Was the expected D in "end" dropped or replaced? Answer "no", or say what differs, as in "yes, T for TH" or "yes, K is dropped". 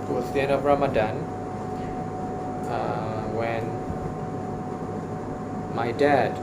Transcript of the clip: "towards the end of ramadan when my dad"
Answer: yes, D is dropped